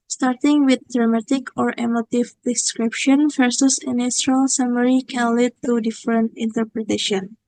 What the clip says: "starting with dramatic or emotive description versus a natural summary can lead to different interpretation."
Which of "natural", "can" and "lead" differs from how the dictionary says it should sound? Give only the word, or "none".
natural